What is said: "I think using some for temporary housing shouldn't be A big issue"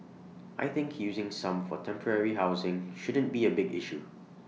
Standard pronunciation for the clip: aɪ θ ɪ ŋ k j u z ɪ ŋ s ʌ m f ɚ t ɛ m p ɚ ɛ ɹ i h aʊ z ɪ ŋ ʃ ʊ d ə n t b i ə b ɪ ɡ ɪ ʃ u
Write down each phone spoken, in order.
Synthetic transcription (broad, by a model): aɪ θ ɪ ŋ k j u z ɪ ŋ s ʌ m f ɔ t ɛ m p ɚ ɛ ɹ i h aʊ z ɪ ŋ ʃ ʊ d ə n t b i ə b ɪ ɡ ɪ ʃ u